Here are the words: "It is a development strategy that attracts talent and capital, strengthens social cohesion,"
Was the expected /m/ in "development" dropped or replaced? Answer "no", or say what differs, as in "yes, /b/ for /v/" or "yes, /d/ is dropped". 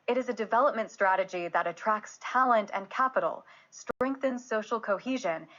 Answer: no